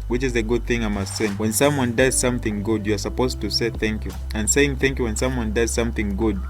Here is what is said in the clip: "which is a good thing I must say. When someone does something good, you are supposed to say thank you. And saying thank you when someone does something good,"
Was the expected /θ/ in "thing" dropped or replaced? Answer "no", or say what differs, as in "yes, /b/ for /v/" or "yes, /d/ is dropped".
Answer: no